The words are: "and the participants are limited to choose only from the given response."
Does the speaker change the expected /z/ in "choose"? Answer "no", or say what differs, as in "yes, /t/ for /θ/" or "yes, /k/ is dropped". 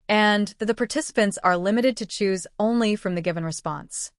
no